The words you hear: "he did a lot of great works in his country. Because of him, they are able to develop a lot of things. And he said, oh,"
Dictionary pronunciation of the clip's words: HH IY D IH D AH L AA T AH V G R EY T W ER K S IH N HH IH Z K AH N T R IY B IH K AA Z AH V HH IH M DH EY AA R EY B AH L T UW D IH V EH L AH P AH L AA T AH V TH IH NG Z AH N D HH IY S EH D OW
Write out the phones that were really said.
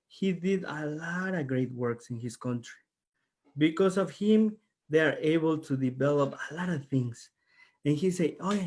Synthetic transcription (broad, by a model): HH IY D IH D AH L AA T AH V G R EY T W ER K S IH N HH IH S K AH N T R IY B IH K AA S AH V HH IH M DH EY AA R EY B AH L T UW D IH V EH L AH P AH L AA T AH V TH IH NG S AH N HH IY S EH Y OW